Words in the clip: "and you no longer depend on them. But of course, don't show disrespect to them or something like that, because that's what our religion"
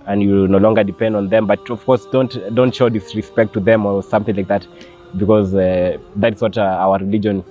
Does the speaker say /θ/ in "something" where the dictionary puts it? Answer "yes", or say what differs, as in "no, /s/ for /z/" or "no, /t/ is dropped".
yes